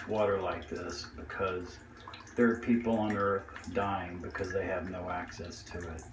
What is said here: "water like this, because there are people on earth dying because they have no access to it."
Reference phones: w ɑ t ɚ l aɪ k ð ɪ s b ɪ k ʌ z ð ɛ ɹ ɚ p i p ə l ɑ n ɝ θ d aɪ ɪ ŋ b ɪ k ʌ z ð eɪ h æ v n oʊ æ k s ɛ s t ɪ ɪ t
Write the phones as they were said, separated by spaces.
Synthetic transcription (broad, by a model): w ɑ t ɚ l aɪ k ð ɪ s b ɪ k ʌ z ð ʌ ɹ p i p l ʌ n ɝ θ d aɪ ɪ ŋ b ɪ k ʌ z ð eɪ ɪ v n oʊ æ k s ɛ s t ɪ ɪ t